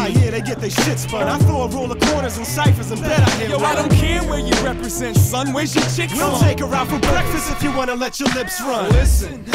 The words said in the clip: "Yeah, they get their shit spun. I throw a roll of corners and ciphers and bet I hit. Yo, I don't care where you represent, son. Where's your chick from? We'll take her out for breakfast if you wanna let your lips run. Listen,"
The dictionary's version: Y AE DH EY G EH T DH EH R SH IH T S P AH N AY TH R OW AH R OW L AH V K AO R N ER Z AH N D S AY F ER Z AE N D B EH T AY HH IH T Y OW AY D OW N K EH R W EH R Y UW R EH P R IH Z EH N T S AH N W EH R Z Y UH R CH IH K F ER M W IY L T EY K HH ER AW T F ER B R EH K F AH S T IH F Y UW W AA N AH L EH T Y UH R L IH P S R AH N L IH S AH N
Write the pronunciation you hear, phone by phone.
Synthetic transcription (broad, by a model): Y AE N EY G EH T DH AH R SH IH T S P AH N AY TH OW AH R OW L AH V K AO R N ER Z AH N S AY F ER Z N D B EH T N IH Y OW AY D OW N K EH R W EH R Y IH R EH P R IH Z EH N T S AH N W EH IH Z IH CH IH K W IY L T EY K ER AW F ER B R EH K F AH S T IH F Y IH W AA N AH L EH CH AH R L IH P S R AH N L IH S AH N